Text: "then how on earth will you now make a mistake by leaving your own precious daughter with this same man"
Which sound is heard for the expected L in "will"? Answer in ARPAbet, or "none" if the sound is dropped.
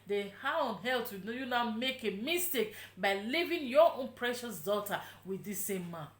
N